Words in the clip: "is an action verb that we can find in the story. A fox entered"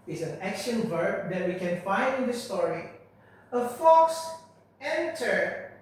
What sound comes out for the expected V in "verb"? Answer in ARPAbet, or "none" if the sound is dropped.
V